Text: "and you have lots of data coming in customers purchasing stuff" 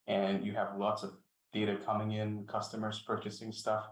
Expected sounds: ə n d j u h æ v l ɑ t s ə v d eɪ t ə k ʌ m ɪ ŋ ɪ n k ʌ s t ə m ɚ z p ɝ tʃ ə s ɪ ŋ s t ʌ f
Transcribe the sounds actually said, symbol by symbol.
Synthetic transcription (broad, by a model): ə n j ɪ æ v l ɑ t s ə v d eɪ t ə k ʌ m ɪ ŋ ɪ n k ʌ s t ə m ɚ z p ɝ tʃ ə s ɪ ŋ s t ʌ f